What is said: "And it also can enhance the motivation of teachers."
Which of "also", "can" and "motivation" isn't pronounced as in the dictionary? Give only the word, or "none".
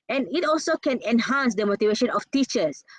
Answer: none